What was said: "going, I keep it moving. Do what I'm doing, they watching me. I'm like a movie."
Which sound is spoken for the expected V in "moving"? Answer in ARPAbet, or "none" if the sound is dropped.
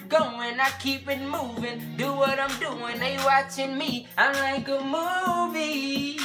V